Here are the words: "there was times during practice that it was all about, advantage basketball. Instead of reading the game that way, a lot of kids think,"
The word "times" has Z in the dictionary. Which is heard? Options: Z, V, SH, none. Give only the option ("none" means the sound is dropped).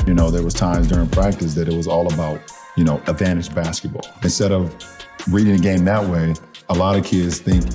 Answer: Z